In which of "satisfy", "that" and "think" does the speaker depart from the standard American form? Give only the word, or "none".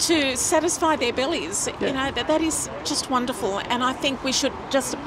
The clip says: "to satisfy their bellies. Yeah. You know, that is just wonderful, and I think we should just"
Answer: none